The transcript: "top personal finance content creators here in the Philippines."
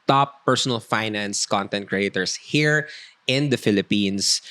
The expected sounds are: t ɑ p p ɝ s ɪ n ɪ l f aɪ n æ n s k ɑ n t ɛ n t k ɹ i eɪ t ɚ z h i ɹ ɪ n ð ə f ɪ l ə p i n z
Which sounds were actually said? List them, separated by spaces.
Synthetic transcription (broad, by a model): t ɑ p p ɝ s ɪ n ɪ l f aɪ n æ n s k ɑ n t ɛ n t k ɹ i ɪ t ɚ s h i ɹ ɪ n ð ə f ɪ l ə p i n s